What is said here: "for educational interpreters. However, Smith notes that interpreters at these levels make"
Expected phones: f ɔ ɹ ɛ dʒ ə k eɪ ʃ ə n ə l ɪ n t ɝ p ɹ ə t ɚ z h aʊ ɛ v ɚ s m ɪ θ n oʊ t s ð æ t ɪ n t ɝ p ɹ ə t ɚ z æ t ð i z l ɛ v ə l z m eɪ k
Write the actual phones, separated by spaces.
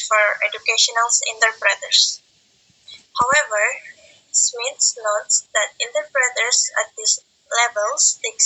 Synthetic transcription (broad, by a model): f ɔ ɹ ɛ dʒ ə k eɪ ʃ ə n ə l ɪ n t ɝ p ɹ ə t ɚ s h aʊ ɛ v ɚ s m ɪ s n oʊ t s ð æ t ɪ n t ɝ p ɹ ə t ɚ s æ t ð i s l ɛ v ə l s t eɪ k